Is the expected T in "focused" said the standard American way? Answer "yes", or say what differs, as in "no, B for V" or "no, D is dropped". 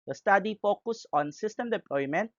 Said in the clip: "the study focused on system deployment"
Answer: no, T is dropped